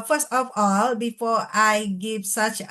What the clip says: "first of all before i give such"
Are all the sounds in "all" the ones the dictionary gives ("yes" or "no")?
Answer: yes